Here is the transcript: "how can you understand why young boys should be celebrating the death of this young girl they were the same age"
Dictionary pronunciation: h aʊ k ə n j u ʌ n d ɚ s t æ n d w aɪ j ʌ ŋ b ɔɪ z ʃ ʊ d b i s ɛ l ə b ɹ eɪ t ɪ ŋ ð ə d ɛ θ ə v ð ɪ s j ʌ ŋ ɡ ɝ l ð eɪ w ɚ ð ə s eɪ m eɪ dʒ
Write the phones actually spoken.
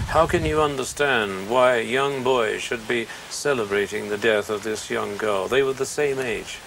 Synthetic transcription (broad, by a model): h aʊ k ə n j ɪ ʌ n d ɚ s t æ n d w aɪ j ʌ ŋ b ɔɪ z ʃ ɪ d b i s ɛ l ə b ɹ eɪ t ɪ ŋ ð ə d ɛ θ ə v ð ɪ s j ʌ ŋ ɡ ɝ l ð eɪ w ɚ ð ə s eɪ m eɪ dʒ